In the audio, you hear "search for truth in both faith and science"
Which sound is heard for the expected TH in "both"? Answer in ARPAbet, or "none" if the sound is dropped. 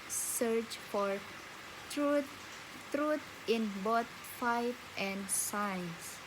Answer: T